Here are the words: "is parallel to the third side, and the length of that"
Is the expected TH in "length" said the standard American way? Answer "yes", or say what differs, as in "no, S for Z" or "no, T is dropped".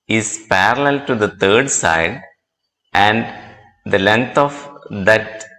no, T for TH